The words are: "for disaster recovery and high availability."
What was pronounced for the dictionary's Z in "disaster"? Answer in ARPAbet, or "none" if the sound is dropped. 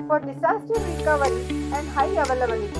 S